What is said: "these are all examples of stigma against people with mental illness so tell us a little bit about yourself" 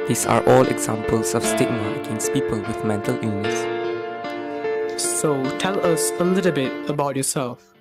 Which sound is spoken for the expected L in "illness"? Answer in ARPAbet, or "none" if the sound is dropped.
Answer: none